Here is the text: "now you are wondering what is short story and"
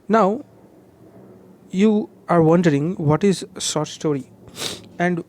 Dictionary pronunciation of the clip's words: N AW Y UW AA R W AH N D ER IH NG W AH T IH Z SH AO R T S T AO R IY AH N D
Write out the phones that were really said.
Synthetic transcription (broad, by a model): N AW Y UW AA R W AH N D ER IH NG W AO T IH Z S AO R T S T AO R IY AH N D